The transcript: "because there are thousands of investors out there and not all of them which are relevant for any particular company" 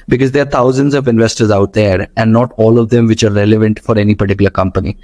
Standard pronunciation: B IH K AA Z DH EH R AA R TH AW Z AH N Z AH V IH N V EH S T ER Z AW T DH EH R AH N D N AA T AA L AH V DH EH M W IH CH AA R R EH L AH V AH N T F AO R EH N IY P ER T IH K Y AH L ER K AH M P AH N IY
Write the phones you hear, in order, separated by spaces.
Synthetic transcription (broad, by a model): B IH K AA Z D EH AA R T AW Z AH N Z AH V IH N V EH S T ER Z AW T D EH R AH N D N AA T AA L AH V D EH M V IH CH AA R R EH L AH V AH N T F AO R EH N IY P ER T IH K Y AH L ER K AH M P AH N IY